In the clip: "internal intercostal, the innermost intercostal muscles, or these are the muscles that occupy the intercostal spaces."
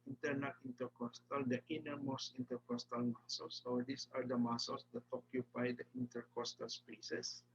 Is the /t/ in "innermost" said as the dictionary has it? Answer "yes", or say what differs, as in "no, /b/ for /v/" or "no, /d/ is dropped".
no, /t/ is dropped